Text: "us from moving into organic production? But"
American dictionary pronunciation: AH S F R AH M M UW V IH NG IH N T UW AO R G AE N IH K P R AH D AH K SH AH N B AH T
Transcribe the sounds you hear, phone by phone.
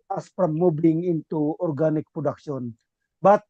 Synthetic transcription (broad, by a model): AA S P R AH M M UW B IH NG IH N T UW AO R G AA N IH K P R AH D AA K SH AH N B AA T